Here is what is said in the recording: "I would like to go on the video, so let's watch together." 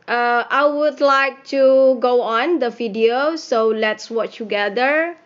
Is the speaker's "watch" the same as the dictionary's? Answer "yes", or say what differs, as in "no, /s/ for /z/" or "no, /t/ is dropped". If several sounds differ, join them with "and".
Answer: yes